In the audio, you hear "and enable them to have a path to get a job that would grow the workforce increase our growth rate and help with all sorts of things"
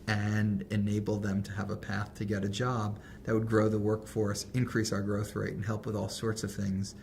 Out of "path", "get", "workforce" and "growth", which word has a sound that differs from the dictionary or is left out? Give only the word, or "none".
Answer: none